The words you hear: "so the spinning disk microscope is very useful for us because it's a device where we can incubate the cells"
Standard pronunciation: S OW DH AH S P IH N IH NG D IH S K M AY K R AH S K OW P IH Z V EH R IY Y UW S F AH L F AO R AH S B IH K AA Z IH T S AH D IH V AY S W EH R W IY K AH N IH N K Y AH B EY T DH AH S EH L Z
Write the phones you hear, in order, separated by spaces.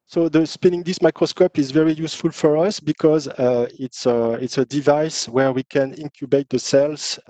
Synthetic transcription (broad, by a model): S OW DH AH S P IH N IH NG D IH S M AY K R AH S K OW P IH Z V EH R IY Y UW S F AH L F AO R AH S B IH K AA Z IH T S AH D IH V AY S W EH R W IY K AH N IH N K Y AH B EY T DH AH S EH L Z